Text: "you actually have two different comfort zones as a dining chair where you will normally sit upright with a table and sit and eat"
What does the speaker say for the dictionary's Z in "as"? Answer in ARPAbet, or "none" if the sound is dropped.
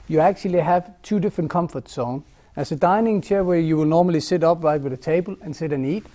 S